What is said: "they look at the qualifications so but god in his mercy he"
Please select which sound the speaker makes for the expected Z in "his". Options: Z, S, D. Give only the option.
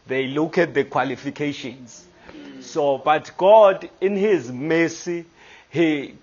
Z